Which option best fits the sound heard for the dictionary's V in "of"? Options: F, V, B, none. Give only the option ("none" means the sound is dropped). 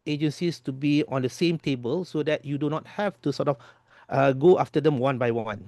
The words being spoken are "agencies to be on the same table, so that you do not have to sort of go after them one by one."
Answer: F